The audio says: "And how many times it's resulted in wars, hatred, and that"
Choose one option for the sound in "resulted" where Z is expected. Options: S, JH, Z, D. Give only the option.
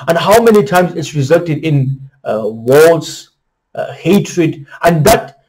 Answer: Z